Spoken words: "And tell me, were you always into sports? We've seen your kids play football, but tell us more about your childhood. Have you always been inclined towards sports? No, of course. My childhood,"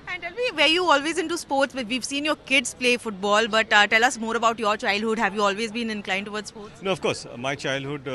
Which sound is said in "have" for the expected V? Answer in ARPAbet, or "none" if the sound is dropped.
V